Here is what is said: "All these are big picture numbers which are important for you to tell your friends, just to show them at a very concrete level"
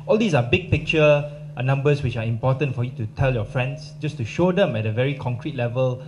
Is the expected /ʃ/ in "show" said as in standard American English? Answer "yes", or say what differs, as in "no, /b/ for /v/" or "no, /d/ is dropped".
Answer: yes